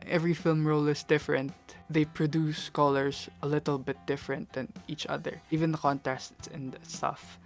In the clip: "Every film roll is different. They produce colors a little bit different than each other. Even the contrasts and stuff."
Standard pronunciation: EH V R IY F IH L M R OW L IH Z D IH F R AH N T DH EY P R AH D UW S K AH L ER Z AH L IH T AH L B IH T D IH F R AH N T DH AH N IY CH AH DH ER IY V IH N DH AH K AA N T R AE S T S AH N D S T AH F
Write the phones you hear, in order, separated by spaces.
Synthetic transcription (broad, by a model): EH V R IY F IH L M R OW L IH S D IH F R AH N T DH EY P R AH D UW S K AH L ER S AH L IH T AH L B IH T D IH F R AH N T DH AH N IY CH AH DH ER IY V IH N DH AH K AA N T AE S T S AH N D S T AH F